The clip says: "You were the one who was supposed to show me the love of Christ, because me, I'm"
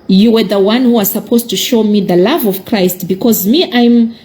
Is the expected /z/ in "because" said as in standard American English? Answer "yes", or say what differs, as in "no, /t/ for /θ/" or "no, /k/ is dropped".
yes